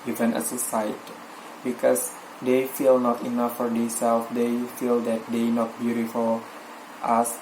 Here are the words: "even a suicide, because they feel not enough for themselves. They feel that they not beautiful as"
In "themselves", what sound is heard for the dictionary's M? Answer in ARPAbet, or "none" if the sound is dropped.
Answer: none